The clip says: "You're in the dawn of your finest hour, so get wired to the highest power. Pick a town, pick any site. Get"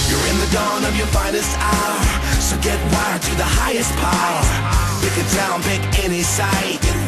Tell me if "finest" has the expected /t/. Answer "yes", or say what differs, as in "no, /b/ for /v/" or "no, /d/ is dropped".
yes